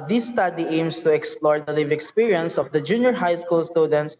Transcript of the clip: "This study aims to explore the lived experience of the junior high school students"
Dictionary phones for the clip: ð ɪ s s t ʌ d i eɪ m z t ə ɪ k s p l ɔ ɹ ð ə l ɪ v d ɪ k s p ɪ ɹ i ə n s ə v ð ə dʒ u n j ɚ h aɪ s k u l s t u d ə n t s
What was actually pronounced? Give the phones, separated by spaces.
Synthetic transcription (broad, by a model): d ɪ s s t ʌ d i eɪ m s t ə ɪ k s p l ɔ ɹ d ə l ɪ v ɪ k s p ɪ ɹ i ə n s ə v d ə dʒ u n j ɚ h aɪ s k u l s t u d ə n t s